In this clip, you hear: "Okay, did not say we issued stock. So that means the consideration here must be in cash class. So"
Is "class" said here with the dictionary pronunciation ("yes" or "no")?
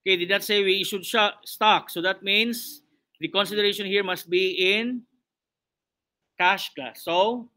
no